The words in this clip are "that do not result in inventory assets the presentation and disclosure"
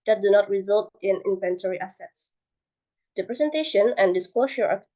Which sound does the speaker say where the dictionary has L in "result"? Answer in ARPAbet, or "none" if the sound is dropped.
L